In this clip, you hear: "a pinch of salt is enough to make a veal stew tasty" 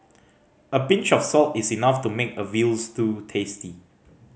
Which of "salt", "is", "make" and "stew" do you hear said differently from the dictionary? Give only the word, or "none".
is